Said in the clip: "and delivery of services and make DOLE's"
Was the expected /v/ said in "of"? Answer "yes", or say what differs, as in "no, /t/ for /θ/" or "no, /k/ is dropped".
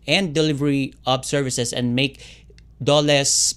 no, /b/ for /v/